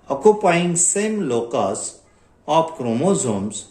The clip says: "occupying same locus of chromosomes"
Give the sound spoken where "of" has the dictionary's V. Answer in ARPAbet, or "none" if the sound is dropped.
P